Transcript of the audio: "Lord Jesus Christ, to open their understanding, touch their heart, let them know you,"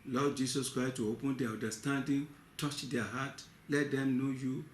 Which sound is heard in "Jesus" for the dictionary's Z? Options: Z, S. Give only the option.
S